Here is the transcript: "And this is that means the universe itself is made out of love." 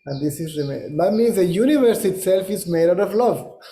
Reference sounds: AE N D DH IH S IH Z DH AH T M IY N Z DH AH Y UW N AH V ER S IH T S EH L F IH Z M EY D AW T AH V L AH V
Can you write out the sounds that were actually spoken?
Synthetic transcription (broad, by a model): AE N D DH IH S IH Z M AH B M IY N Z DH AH Y UW N AH V ER S IH T S EH L F IH Z M EY D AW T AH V L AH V